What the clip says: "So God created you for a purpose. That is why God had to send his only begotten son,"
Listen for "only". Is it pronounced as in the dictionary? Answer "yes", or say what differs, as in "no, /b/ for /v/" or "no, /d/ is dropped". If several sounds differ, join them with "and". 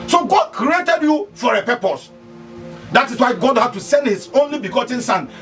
yes